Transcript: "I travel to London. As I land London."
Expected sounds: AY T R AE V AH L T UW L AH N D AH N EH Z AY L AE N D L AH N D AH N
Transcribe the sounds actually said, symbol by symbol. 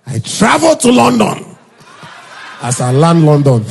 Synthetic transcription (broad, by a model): AY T R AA V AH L T UW L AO N D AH N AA S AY L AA N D L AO N D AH N